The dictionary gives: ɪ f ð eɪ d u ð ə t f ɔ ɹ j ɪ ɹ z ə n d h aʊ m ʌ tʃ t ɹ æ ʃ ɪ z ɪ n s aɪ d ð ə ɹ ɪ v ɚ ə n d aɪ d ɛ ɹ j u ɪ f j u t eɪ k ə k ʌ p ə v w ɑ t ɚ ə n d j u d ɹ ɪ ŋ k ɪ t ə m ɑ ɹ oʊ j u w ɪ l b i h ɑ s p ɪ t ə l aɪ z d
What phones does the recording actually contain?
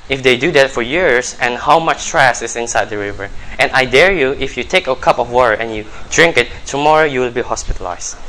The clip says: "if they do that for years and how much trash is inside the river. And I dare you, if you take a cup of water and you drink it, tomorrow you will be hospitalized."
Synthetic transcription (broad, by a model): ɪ f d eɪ d u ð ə t f ɔ ɹ j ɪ ɹ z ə n h aʊ m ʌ tʃ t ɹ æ s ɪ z ɪ n s aɪ d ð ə ɹ ɪ v ɚ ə n aɪ d ɛ ɹ j u ɪ f j u t eɪ k ə k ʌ p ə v w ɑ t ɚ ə n j u d ɹ ɪ ŋ k ɪ t ə m ɑ ɹ oʊ j u w ɪ l b i h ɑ s p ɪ t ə l aɪ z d